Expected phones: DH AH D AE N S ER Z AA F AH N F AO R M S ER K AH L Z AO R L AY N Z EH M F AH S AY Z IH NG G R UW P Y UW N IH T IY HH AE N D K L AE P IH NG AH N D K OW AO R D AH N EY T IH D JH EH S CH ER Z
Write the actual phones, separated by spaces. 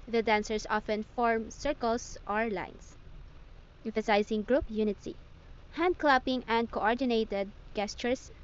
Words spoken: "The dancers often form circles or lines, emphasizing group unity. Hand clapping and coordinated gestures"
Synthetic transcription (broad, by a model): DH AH D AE N S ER S AA F AH N F AO R M S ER K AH L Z AO R L AY N S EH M F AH S AY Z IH NG G R UW P Y UW N IH T IY HH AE N D K L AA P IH NG AH N D K OW AO R D AH N EY T IH D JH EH S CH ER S